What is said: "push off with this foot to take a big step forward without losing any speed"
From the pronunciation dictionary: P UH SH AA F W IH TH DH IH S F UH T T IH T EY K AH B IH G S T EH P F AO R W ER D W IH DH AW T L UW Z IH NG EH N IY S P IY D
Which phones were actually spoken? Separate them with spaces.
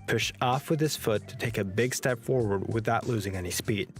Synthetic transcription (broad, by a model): P UH SH AA F W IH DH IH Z F UH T T IH T EY K AH B IH G S T EH P F AO R W ER D W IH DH AW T L UW Z IH NG EH N IY S P IY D